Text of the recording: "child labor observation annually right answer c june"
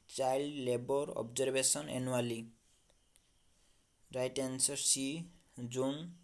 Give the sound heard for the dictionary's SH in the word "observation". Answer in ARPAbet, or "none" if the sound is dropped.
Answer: S